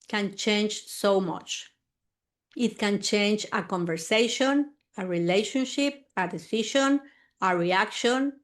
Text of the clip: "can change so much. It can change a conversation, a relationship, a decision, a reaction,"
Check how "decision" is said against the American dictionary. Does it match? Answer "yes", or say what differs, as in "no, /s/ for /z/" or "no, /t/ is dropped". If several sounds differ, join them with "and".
no, /ʃ/ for /ʒ/